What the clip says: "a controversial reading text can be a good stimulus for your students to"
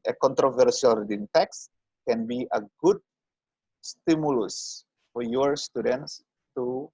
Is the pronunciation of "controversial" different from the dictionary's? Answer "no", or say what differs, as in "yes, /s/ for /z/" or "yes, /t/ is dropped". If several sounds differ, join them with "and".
yes, /s/ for /ʃ/